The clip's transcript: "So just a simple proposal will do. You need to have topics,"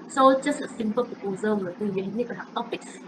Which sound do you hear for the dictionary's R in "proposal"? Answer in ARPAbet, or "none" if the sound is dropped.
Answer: none